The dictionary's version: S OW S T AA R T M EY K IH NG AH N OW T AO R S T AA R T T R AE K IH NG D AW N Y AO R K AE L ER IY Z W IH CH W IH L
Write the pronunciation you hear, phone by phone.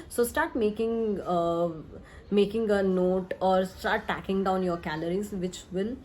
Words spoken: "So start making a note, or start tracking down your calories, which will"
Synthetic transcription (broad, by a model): S OW S T AA R T M EY K IH NG AH N OW T AO R S T AA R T T AE K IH NG D AW N Y AO R K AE L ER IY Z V IH CH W IH L